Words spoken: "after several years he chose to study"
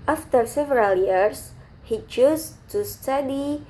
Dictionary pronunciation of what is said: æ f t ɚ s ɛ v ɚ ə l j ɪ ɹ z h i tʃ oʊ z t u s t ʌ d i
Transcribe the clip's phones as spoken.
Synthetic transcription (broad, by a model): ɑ f t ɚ s ɛ v ɚ ə l j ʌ ɹ s h i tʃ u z t u s t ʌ d i